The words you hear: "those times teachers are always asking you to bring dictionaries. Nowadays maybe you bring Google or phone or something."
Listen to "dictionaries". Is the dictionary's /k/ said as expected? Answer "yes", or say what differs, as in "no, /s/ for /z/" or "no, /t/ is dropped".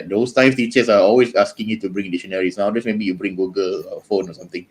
no, /k/ is dropped